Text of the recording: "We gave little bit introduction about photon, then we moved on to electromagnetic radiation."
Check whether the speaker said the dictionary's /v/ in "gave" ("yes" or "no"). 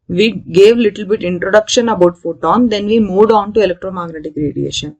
yes